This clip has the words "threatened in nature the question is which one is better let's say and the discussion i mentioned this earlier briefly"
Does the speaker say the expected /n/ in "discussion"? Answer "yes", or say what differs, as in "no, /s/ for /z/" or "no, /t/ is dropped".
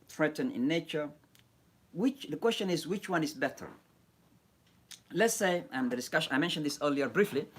no, /n/ is dropped